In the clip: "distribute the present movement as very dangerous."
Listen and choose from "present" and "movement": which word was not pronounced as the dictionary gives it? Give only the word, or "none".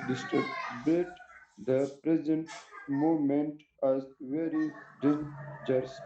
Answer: movement